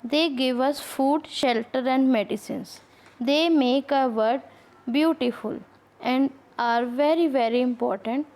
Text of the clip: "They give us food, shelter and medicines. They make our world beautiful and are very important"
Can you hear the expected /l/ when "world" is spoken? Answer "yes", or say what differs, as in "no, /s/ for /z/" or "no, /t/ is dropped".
no, /l/ is dropped